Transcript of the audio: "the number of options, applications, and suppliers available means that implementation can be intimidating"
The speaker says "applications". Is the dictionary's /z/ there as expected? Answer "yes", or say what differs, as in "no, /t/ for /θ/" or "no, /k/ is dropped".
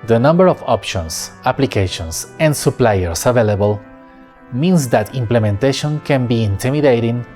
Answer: no, /s/ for /z/